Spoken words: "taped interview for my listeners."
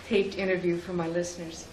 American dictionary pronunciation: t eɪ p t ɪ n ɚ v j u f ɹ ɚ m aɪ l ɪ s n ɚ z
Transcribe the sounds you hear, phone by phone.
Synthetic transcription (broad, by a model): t eɪ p t ɪ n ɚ v j u f ɹ ɚ m aɪ l ɪ s n ɚ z